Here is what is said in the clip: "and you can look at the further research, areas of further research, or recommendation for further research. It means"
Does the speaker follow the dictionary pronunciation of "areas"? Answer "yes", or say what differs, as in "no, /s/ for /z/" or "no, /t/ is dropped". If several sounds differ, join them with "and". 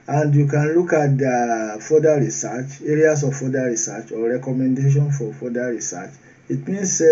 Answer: no, /s/ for /z/